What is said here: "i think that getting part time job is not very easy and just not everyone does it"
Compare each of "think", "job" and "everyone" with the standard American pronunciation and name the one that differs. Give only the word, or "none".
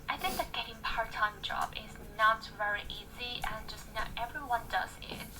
none